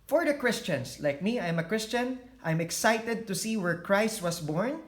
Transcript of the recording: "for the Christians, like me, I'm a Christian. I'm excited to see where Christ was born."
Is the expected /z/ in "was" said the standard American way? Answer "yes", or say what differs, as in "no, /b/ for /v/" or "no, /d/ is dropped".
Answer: no, /s/ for /z/